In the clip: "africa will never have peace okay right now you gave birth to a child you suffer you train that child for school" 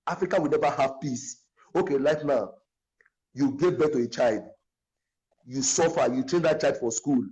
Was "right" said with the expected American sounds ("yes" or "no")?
no